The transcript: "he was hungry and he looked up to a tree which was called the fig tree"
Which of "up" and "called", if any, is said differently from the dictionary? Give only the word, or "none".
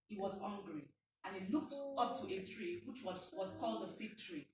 none